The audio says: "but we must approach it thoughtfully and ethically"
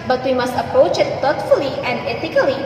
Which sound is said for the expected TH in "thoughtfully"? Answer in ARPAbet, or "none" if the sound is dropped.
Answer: T